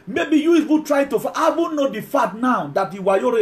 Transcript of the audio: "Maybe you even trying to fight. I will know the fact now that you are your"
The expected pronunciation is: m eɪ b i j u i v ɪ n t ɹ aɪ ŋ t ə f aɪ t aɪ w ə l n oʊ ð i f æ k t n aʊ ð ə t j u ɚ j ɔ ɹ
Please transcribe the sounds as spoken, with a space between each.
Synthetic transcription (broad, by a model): m eɪ b i j u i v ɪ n t ɹ aɪ t ə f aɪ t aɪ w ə n oʊ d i f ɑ t n aʊ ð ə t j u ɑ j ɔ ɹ